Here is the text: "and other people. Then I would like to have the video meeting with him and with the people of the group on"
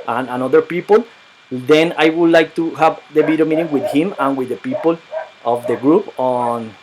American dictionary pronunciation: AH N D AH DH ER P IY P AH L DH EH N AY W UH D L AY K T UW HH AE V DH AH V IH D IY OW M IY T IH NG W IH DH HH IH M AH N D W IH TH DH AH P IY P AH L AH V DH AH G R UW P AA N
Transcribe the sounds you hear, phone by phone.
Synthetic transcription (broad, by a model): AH N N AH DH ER P IY P AH L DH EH N AY W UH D L AY K T UW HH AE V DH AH B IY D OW M IY T IH NG W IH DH HH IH M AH N W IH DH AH P IY P AH L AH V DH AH G R UW P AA N